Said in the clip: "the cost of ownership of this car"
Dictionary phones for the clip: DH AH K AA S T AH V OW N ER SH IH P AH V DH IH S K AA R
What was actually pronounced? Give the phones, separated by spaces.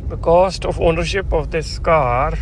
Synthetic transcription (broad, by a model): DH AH K AA S T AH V OW N ER SH IH P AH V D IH S K AA R